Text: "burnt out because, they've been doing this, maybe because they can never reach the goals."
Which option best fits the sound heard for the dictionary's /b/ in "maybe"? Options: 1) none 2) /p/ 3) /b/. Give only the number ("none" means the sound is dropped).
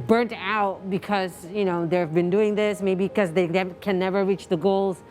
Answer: 1